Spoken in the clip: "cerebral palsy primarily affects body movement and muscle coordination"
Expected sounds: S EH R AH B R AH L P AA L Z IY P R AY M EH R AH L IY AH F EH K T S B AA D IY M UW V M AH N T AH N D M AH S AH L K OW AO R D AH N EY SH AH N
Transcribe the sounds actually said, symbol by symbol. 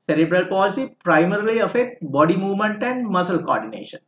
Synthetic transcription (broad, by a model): S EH R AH B R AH L P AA L S IY P R AY M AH R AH L IY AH F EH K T B AA D IY M UW V M AH N T AH N D M AH S AH L K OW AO R D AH N EY SH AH N